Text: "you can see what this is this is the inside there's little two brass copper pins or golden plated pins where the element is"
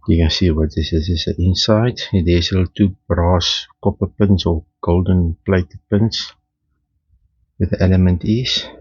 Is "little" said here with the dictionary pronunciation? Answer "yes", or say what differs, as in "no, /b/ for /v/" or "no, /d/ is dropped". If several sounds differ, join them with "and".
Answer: no, /s/ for /t/